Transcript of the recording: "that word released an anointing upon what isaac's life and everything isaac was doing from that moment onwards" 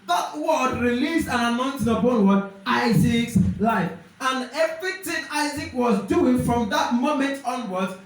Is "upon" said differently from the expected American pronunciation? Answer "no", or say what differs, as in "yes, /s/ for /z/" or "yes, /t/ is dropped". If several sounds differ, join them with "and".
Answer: yes, /b/ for /p/